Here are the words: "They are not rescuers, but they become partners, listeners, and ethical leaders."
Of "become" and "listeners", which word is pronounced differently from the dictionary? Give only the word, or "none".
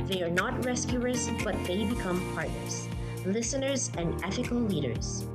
none